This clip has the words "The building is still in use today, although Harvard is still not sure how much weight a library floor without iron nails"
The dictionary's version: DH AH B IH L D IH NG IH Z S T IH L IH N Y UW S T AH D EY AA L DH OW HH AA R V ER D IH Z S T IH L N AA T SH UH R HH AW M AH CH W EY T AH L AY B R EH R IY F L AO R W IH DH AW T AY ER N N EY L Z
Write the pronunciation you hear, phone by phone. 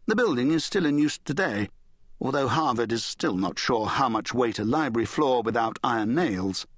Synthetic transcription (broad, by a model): DH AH B IH L D IH NG IH Z S T IH L IH N Y UW S T AH D EY AA L DH OW HH AA R V ER D IH Z S T IH L N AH T SH UH R HH AW M AH CH W EY T AH L AY B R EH R IY F L AO R W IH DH AW T AY ER N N EY L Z